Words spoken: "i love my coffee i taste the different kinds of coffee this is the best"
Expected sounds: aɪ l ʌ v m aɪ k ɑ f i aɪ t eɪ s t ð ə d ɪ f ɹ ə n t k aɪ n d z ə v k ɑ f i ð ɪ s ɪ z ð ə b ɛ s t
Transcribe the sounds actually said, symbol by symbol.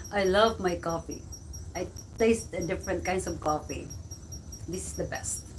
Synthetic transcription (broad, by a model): aɪ l ʌ v m aɪ k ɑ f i aɪ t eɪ s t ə d ɪ f ɹ ə n t k aɪ n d s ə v k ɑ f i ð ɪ s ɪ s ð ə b ɛ s t